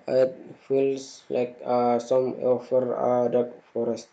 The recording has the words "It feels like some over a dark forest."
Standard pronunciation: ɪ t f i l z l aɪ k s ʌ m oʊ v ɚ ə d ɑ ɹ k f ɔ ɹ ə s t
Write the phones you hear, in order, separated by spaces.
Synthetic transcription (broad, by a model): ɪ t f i l s l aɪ k s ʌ m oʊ f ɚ ə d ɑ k f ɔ ɹ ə s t